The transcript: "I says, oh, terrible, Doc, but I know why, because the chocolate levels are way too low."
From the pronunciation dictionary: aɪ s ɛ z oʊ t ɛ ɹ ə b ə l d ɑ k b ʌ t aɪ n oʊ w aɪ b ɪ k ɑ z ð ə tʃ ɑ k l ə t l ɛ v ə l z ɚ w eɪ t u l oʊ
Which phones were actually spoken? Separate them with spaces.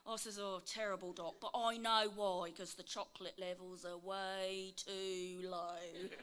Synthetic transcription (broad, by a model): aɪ s ɛ z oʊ t ɛ ɹ ə b ə l d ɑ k b ʌ t aɪ n oʊ w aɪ ɪ k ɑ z ð ə tʃ ɑ k l ə t l ɛ v ə l z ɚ w eɪ t u l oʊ